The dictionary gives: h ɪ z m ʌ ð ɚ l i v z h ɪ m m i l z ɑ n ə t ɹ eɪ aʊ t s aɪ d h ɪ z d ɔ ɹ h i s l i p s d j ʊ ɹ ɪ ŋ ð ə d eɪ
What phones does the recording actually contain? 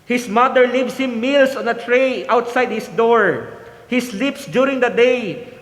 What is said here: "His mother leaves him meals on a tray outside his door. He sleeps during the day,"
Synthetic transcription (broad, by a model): h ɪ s m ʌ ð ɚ l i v s h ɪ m m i l s ɑ n ə t ɹ eɪ aʊ t s aɪ d h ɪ s d ɔ ɹ h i s l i p s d j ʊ ɹ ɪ ŋ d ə d eɪ